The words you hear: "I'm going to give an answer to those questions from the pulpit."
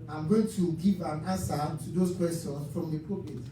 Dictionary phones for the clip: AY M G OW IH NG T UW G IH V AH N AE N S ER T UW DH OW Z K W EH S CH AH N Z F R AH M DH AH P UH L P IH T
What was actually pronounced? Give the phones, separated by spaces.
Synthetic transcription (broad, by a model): AY M G OW IH NG T UW G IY V AH N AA N S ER T UW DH OW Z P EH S AH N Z F R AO M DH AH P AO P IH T